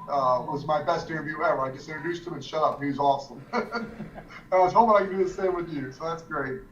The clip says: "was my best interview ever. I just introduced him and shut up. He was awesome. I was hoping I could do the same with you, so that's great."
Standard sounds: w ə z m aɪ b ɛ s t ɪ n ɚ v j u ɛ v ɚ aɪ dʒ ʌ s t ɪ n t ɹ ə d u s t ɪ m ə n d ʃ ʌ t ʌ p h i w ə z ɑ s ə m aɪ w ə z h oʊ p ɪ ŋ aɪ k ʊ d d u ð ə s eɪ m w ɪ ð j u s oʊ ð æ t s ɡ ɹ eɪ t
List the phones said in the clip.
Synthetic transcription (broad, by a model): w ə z m aɪ b ɛ s t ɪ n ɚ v j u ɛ w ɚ aɪ dʒ ʌ s t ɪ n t ɹ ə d u s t ɪ m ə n ʃ ʌ t ʌ p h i z ɑ s ə m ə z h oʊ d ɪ aɪ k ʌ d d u ð ə s eɪ m w ɪ ð j u s oʊ ð æ t s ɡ ɹ eɪ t